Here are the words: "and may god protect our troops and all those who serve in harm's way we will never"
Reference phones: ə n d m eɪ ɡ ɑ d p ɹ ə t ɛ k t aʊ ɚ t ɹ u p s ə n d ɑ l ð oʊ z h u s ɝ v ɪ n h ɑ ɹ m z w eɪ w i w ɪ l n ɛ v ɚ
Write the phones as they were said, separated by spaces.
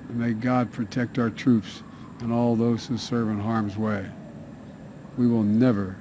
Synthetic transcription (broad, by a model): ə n m eɪ ɡ ɑ d p ɹ ə t ɛ k t aʊ ɚ t ɹ u p s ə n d ɑ l ð oʊ z h u s ɝ v ɪ n h ɑ ɹ m z w eɪ w i w ɪ l n ɛ v ɚ